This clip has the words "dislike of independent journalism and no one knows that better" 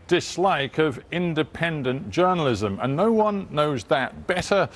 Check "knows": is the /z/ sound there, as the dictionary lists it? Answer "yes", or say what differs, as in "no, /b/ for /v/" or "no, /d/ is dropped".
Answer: yes